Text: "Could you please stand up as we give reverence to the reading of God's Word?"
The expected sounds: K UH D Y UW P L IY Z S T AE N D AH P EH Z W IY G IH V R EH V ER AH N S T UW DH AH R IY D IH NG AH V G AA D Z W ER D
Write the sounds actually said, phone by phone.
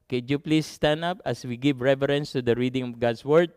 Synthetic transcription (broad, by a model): K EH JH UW P L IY S T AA N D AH P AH S W IY G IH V R EH V ER AH N S T UW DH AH R IY D IH NG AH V G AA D S W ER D